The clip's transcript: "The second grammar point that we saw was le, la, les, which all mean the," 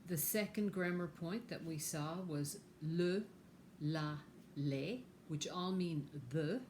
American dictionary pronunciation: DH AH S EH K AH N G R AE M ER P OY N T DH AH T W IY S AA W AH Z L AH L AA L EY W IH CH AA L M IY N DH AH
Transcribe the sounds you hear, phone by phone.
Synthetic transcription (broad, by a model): DH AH S EH K AH N G R AE M ER P OY N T DH AH T W IY S AA W AH Z L AH L AA L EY W IH CH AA L M IY N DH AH